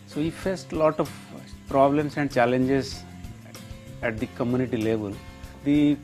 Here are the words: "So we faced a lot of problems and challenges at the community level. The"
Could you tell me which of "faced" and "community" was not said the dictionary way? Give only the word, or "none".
none